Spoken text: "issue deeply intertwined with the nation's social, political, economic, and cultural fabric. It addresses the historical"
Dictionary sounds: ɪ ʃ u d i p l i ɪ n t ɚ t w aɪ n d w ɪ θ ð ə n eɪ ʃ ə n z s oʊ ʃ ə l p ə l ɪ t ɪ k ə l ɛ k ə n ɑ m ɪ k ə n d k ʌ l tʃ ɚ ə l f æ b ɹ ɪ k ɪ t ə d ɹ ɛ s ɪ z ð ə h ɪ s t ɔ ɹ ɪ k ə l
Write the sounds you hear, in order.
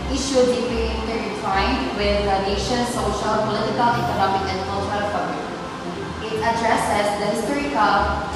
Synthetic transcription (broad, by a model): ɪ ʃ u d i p i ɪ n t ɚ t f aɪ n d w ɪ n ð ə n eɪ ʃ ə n s oʊ ʃ ə l p ə l ɪ t ɪ k ə l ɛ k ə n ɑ m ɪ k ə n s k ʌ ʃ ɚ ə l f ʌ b ɪ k ɪ t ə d ɹ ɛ s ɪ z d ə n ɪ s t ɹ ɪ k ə